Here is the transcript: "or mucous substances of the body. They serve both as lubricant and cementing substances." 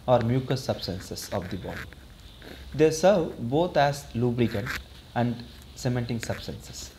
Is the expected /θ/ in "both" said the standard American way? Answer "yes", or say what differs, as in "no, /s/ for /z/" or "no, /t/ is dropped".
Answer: no, /t/ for /θ/